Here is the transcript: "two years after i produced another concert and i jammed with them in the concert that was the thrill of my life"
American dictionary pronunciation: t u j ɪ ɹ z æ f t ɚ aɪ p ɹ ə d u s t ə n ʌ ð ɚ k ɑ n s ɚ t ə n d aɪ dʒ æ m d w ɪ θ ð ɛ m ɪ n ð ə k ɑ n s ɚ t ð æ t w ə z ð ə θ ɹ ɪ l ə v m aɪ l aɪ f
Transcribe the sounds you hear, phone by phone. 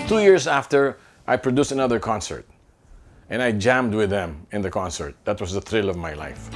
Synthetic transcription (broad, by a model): t u j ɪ ɹ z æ f t ɚ aɪ p ɹ ə d u s t ə n ʌ ð ɚ k ɑ n s ɚ t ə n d aɪ dʒ æ m d w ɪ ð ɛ m ɪ n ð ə k ɑ n s ɚ t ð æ t w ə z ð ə θ ɹ ɪ l ə v m aɪ l aɪ f